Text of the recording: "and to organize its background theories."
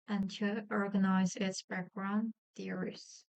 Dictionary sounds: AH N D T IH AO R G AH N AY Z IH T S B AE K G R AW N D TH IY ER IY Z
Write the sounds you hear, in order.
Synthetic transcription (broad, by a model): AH N T IH AO R G AH N AY Z IH T S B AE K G R AW N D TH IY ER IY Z